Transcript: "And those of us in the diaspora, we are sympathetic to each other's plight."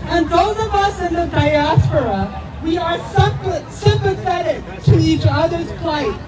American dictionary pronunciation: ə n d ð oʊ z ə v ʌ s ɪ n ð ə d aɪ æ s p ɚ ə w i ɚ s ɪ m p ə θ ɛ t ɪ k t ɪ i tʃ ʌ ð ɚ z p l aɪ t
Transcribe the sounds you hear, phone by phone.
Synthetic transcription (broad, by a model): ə n ð oʊ z ə v ʌ s ɪ n ð ə d aɪ æ s p ɚ ə w i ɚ s ɪ m p ə θ ɛ t ɪ k t ɪ i tʃ ʌ ð ɚ z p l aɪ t